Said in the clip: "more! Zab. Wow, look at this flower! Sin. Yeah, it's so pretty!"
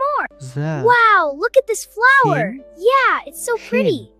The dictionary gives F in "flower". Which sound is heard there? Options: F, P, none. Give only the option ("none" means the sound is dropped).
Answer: F